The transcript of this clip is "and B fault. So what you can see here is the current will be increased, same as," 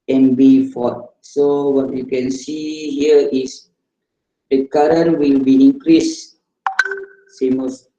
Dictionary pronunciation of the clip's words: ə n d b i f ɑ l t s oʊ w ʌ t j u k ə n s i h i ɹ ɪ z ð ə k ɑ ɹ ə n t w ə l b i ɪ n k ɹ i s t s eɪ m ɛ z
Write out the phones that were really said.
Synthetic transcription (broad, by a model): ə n b i f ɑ t s oʊ w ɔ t j u k ə n s i h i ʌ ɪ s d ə k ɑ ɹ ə n w ə l b i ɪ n k ɹ i s s eɪ m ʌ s